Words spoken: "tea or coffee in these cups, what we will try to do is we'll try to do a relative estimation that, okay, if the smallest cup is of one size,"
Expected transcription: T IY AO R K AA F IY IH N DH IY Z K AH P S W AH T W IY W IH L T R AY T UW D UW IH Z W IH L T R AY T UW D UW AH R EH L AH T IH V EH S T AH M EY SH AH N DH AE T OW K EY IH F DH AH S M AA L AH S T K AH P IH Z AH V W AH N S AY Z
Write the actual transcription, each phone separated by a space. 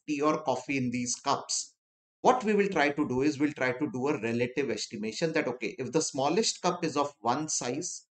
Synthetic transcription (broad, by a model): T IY AO R K AA F IY IH N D IY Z K AH P S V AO T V IY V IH L T R AY T UW D UW IH Z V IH L T R AY T UW D UW AH R EH L AH T IH V EH S T AH M EY SH AH N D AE T OW K EY IH F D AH S M AA L AH S T K AH P IH Z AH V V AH N S AY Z